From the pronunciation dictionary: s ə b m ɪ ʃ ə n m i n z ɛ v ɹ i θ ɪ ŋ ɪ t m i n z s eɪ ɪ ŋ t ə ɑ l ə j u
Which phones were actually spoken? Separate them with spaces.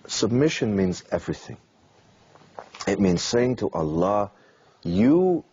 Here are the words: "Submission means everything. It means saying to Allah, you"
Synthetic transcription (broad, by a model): s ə b m ɪ ʃ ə n m i n z ɛ v ɹ i θ ɪ ŋ ɪ t m i n z s eɪ ɪ ŋ t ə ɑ l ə j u